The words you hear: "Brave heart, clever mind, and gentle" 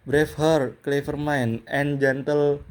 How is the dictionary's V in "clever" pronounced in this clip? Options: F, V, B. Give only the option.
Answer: F